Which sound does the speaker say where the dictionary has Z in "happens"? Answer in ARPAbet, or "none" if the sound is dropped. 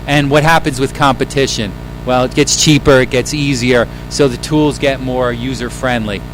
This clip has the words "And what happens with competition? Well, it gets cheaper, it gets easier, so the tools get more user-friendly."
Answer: Z